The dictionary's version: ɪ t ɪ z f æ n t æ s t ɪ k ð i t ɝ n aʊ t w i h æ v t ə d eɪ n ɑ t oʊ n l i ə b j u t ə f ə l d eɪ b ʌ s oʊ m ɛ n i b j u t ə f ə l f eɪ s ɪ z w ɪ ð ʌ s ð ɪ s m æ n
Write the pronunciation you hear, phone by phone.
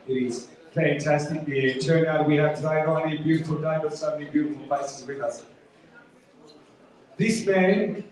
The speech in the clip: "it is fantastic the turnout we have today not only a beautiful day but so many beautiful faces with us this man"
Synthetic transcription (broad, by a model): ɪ t ɪ z f æ n t æ s t ɪ k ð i t ɝ n aʊ t w i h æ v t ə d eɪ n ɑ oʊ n i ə b j u t ə f ə l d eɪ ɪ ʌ s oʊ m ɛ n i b j u t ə f l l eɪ s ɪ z w ɪ ð ʌ s ð ɪ s m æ n